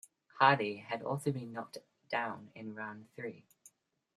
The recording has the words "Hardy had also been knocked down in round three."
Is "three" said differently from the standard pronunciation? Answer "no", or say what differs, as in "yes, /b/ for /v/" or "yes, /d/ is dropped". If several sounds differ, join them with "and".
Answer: no